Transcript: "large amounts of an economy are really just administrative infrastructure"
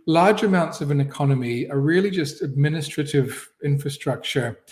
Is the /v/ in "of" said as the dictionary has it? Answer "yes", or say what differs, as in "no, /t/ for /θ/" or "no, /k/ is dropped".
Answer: yes